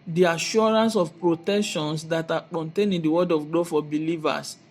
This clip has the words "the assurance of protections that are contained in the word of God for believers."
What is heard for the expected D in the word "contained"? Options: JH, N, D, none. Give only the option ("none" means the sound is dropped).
none